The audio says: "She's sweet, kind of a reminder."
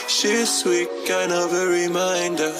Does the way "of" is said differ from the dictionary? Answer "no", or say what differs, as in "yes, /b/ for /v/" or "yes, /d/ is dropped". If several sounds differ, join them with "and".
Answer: no